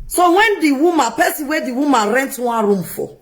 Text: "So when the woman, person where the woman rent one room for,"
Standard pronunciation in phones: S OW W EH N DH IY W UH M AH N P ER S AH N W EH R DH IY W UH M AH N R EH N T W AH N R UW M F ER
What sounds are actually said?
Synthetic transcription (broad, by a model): S OW W EH N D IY W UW M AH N P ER S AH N W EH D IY W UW M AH N R EH N T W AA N R UW M F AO